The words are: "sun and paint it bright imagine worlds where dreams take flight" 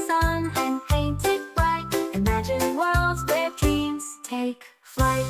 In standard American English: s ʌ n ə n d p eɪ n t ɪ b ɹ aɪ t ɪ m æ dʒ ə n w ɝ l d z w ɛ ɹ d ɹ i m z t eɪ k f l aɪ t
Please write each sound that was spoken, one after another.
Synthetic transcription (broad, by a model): s ʌ n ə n p eɪ n t ɪ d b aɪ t ɪ m æ dʒ ə n w ɝ l d z w ɛ ɹ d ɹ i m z t eɪ k f l aɪ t